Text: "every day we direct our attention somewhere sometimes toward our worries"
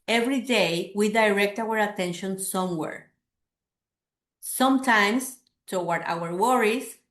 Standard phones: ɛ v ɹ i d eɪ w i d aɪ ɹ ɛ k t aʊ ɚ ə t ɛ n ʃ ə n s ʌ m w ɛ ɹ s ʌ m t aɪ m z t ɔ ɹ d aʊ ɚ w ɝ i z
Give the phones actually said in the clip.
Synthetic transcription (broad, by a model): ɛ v ɹ i d eɪ w i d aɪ ɹ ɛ k t aʊ ɚ ə t ɛ n ʃ ə n s ʌ m w ɛ ɹ s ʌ m t aɪ m s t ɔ w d aʊ ɚ w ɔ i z